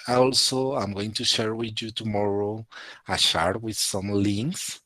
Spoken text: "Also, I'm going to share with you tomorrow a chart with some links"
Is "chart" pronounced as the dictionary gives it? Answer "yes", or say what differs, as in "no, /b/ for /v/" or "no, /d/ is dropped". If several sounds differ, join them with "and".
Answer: no, /ʃ/ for /tʃ/